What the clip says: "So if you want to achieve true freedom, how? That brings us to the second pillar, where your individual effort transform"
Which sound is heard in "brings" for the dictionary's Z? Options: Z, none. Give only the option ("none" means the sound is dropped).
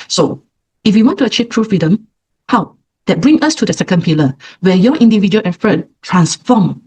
none